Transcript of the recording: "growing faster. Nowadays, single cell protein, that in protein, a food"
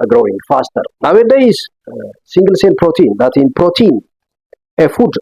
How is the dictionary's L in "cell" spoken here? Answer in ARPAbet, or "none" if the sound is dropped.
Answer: N